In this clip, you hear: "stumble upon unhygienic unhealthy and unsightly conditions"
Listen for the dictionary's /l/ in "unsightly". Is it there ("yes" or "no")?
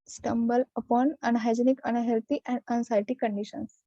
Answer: no